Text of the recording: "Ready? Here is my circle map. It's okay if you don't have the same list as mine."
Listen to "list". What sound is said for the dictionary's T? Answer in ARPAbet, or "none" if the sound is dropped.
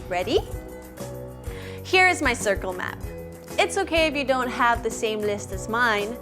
T